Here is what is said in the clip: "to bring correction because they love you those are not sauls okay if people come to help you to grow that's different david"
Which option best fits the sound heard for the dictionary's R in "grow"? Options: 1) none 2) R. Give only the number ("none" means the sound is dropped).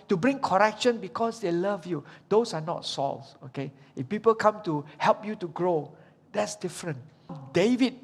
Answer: 2